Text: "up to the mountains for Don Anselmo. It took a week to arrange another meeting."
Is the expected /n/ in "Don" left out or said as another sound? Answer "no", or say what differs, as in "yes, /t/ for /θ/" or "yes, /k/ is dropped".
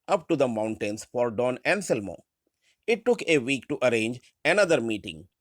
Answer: no